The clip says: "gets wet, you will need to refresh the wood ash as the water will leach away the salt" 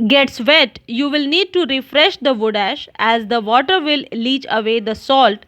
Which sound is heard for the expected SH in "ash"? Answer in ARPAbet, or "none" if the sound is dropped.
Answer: SH